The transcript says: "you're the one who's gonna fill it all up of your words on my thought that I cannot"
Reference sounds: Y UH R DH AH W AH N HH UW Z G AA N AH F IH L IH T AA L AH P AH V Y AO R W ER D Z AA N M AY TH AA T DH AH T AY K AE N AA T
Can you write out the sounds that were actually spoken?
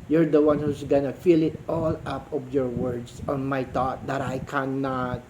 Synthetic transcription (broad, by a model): Y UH R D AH W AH N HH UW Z G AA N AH F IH L IH T AA L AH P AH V Y AO R W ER D S AA N M AY T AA T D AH T AY K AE N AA T